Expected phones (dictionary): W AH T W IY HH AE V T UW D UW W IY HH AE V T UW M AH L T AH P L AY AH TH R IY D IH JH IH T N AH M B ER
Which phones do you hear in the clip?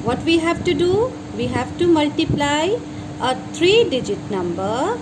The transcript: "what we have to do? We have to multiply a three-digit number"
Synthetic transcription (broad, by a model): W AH T W IY HH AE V T UW D UW W IY HH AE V T UW M AH L T AH P L AY AH T R IY D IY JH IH T N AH M B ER